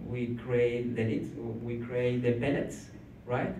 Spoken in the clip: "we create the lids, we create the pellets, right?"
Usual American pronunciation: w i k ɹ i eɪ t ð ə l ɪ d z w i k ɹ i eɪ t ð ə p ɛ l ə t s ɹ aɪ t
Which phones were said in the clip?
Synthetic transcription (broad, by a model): w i k ɹ i eɪ t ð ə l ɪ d w i k ɹ i eɪ t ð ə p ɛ n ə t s ɹ aɪ t